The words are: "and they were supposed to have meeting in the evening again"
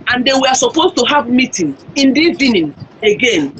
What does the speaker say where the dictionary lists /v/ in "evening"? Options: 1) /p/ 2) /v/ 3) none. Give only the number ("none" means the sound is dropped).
3